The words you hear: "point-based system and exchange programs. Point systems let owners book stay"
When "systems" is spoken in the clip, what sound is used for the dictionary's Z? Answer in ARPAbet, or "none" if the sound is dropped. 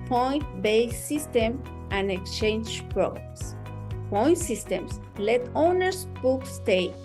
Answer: S